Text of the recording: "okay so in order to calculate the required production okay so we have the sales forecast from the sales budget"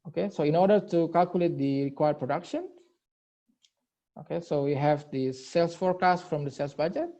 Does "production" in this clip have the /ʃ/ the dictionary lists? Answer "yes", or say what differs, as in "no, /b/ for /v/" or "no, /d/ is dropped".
yes